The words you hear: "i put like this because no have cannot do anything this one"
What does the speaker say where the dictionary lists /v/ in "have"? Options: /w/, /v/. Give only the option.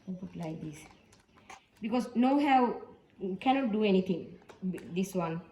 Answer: /w/